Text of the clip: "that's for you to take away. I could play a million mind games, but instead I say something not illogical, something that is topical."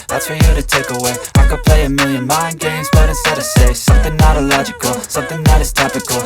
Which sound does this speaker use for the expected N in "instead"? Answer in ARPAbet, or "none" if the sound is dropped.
none